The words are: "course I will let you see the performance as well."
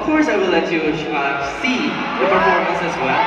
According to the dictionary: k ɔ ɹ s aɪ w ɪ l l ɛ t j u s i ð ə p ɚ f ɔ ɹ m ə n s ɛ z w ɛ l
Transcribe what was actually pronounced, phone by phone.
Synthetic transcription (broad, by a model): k ɔ ɹ s aɪ w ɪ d l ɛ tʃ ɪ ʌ s i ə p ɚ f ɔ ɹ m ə s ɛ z w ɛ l